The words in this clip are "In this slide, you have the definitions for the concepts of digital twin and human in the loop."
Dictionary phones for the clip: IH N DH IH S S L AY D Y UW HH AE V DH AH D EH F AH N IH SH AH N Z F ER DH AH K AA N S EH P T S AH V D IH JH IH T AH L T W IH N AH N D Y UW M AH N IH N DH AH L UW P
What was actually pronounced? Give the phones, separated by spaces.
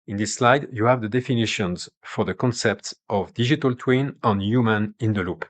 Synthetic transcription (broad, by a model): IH N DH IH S S L AY D Y UW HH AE V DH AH D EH F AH N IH SH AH N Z F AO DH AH K AA N S EH P T S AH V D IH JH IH T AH L T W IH N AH N Y UW M AH N IH N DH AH L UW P